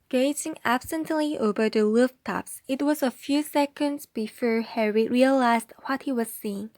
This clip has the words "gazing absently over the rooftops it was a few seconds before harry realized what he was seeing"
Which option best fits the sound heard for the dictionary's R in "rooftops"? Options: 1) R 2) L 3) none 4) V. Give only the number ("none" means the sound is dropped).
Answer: 2